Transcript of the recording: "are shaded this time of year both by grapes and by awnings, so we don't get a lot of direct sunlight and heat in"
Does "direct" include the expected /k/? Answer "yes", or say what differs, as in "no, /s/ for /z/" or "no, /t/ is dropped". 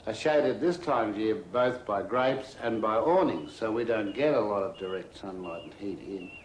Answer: yes